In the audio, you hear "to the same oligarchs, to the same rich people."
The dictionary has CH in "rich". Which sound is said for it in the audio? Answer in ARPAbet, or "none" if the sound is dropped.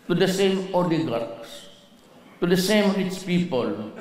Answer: S